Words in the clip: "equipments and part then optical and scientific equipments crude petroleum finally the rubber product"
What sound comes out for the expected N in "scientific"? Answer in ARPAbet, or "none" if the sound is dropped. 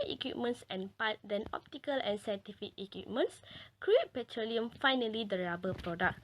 none